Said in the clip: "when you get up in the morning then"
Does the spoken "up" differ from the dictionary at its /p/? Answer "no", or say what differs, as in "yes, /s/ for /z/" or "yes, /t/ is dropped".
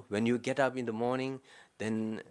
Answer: no